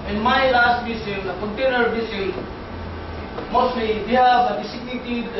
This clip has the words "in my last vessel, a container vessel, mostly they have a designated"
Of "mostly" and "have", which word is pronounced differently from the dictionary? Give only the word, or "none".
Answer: have